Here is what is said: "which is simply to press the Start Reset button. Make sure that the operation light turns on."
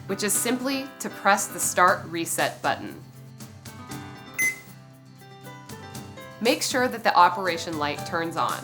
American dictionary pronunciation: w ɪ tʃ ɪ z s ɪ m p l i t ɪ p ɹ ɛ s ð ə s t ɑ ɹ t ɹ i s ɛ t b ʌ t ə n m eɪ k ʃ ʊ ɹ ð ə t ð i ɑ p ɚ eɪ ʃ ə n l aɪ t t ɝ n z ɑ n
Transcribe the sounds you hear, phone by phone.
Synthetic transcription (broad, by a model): w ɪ tʃ ɪ z s ɪ m p l i t ɪ p ɹ ɛ s ð ə s t ɑ ɹ t ɹ i s ɛ t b ʌ t n m eɪ k ʃ ʊ ɹ ð ə t ð i ɑ p ɚ eɪ ʃ ə n l aɪ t t ɝ n z n